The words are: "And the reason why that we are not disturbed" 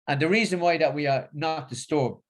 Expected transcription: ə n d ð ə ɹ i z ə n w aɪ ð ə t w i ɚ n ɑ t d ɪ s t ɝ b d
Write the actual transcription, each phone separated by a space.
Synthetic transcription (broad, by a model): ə n ð ə ɹ i z ə n w aɪ ð ə t w i ɚ n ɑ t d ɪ s t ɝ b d